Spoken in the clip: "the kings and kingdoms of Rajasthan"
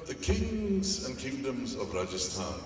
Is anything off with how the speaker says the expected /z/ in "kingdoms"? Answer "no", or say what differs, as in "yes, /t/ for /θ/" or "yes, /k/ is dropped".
no